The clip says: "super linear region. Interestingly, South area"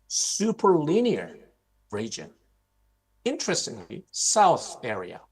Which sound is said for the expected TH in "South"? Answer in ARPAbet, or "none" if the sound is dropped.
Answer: TH